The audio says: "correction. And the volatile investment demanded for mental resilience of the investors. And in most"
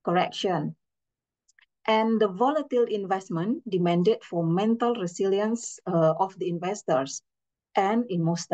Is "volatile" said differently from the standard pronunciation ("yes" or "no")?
no